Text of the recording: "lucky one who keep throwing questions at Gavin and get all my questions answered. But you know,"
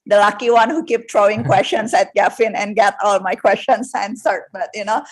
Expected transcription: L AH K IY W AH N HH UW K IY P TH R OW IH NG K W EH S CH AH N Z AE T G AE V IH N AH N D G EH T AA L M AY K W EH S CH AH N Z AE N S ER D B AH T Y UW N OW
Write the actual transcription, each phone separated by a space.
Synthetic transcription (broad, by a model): L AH K IY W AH N HH UW K IY P T R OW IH NG K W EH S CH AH N S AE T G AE F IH N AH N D G EH T AA L M AY K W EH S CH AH N S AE N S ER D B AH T Y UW N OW